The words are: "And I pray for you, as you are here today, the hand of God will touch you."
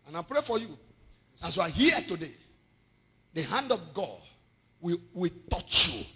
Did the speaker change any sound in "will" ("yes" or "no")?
yes